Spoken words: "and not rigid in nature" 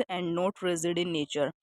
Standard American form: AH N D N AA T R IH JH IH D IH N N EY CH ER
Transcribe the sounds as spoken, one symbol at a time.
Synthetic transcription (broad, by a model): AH N D N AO T R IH Z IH D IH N N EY CH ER